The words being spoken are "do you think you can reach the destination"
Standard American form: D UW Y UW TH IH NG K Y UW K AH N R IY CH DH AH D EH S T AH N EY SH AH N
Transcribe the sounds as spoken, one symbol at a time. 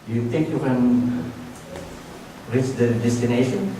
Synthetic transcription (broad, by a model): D Y UW T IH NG K Y UW K AH N R IY CH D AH D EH S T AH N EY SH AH N